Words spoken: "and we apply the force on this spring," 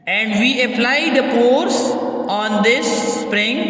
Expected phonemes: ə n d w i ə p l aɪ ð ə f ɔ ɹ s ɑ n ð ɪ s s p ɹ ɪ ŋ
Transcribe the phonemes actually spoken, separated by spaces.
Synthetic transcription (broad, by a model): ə n d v i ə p l aɪ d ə p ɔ ɹ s ɑ n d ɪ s s p ɹ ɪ ŋ